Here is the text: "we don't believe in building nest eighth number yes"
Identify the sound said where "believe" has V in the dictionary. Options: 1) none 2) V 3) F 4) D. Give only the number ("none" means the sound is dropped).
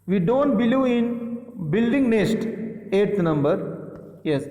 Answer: 1